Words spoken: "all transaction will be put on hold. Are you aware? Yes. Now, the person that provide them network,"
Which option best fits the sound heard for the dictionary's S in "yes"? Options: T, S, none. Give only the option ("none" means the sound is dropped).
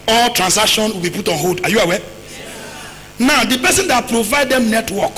none